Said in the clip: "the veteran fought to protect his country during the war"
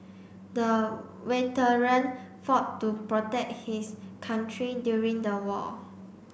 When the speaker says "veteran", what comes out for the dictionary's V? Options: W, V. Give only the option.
W